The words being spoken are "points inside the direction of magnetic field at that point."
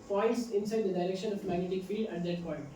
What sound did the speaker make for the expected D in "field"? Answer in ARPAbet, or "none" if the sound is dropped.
D